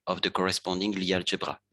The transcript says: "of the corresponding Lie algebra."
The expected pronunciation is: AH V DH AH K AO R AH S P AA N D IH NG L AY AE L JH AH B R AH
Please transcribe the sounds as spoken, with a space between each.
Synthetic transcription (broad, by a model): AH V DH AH K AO R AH S P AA D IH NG L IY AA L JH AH B R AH